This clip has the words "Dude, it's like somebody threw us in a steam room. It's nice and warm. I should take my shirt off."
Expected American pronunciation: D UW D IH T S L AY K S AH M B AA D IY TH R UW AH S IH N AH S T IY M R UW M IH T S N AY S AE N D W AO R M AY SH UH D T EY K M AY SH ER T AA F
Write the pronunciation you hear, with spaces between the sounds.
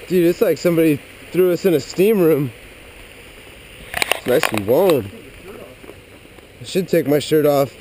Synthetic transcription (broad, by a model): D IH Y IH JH S L AY K S AH M B AA D IY TH R UW AH S IH N AH S T IY M R UW M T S N AY S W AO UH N AY SH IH D T EY K M AY SH ER T AA F